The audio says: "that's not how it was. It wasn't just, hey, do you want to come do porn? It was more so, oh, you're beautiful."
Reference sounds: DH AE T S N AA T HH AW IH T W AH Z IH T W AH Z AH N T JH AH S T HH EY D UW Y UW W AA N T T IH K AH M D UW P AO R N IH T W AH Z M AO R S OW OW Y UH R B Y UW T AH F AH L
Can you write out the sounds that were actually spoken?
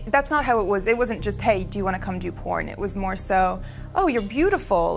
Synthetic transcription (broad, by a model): DH AE T S N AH T HH AW IH T W AH Z IH T W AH Z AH N JH AH S T HH EY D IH Y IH W AA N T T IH K AH M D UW P AO R N IH T W AH Z M AO R S OW OW Y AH R B Y UW T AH F L